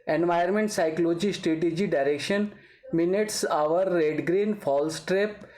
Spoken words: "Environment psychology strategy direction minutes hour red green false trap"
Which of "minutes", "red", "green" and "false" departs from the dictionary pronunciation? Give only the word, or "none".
none